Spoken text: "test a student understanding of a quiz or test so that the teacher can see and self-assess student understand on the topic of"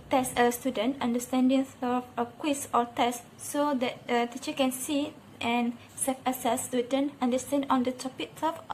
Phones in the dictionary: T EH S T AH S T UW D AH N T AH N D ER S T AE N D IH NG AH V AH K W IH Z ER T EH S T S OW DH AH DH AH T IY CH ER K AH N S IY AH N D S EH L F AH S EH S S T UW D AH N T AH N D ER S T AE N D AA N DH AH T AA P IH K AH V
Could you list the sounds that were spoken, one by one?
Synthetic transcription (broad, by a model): T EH S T AH S T UW D AH N T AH N D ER S T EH N D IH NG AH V AH K W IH S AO T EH S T S OW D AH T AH T IY CH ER K AH N S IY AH N S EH F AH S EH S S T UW D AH N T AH N D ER S T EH N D AA N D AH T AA P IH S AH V